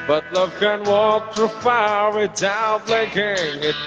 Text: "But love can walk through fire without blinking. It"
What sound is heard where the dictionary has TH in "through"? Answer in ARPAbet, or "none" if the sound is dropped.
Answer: T